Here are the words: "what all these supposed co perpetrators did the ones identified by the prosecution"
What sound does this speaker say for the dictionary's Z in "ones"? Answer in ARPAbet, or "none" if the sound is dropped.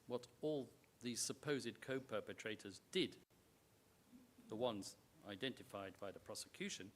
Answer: Z